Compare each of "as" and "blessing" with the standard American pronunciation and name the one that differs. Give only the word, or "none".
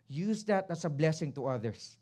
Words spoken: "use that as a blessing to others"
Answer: as